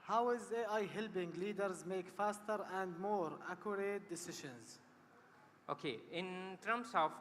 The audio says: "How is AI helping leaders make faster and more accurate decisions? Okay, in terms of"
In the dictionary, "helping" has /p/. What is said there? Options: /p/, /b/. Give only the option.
/b/